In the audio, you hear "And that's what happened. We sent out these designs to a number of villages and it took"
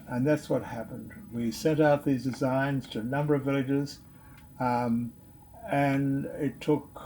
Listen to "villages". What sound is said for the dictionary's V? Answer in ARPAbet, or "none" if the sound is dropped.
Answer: V